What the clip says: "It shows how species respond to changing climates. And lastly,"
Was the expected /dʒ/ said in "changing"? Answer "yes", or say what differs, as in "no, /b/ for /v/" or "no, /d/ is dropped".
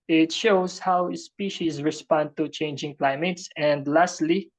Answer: yes